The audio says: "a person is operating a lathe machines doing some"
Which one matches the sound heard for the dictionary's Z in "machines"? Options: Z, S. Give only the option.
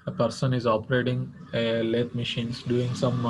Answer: S